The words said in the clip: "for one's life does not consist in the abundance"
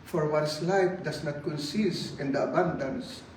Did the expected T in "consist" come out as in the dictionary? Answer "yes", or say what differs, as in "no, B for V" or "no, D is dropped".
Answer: no, T is dropped